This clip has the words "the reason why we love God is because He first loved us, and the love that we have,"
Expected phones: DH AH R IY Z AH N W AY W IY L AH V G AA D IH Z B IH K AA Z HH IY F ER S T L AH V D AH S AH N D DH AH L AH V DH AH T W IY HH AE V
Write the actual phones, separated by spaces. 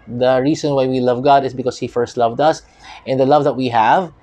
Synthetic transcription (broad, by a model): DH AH R IY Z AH N W AY W IY L AH V G AA D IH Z B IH K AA S HH IY F ER S T L AH V D AH S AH N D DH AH L AH V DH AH T W IY HH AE V